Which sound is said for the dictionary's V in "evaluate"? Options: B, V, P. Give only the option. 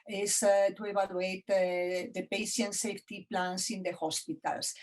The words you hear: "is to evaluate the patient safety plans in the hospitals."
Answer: B